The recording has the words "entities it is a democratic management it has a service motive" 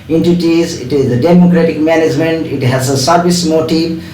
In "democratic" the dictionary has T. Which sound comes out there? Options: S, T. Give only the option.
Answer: T